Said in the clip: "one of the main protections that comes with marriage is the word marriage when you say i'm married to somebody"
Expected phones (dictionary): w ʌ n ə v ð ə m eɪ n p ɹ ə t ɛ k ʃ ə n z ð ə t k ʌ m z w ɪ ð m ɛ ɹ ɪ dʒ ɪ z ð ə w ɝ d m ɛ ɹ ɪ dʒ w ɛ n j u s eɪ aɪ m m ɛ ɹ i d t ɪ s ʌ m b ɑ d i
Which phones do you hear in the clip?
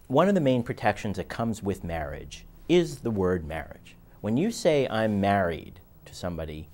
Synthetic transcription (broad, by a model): w ʌ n ə v ð ə m eɪ n p ɹ ə t ɛ k ʃ ə n z ð ə t k ʌ m z w ɪ ð m ɛ ɹ ɪ dʒ ɪ z ð ə w ɝ d m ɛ ɹ ɪ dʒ w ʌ n j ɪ s eɪ aɪ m m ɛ ɹ i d t ɪ s ʌ m b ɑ d i